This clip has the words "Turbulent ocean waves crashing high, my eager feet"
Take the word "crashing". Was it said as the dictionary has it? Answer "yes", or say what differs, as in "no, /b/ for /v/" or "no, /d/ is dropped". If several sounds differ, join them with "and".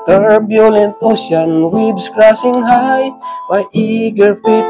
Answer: no, /s/ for /ʃ/